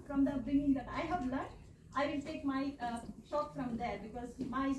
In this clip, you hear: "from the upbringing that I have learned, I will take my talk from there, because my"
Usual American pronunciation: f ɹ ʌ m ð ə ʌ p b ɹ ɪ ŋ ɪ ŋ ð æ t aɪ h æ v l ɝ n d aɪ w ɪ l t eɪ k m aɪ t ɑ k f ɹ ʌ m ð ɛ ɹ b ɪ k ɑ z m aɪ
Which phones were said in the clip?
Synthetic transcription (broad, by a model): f ɹ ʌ m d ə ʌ b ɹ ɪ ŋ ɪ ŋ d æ t aɪ h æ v l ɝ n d aɪ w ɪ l t eɪ k m aɪ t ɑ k f ɹ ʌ m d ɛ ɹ b ɪ k ɑ z m aɪ